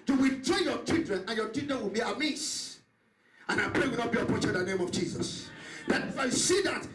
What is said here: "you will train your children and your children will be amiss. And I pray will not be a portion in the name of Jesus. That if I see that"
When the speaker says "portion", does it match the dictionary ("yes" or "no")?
no